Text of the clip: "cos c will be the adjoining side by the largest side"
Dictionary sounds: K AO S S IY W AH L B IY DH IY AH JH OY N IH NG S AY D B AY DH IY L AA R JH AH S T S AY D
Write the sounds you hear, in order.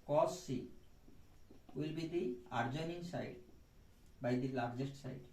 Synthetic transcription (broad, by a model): K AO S S IY W AH L B IY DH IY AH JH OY N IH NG S AY D B AY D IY L AA R JH AH S T S AY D